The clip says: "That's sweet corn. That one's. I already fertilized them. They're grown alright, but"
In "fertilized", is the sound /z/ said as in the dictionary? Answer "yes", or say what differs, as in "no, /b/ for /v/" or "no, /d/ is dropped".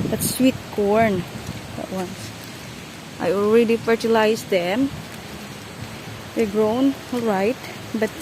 no, /s/ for /z/